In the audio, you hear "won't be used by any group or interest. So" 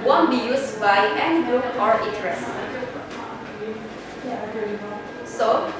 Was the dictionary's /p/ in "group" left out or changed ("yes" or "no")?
yes